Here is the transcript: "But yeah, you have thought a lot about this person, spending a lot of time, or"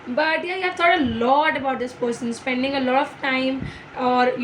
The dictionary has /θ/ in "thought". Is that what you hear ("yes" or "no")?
no